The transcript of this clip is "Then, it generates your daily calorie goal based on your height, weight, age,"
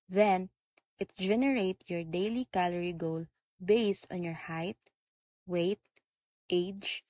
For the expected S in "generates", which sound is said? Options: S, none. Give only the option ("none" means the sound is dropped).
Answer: none